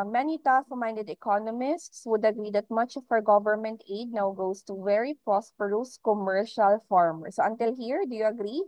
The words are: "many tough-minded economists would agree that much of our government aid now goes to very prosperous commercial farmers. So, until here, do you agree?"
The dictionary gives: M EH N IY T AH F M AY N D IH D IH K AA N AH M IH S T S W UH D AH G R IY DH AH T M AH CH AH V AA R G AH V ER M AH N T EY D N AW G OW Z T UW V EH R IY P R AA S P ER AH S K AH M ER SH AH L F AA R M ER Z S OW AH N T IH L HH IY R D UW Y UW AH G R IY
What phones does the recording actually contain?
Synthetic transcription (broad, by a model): M EH N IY T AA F M AY N D IH D IH K AA N AH M IH S T S W UH D AH G R IY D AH T M AH CH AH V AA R G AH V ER M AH N T EY D N AW G OW S T UW V EH R IY P R AA S P ER AH S K AH M ER SH AH L F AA R M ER S OW AH N T IH L HH IY R D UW Y UW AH G R IY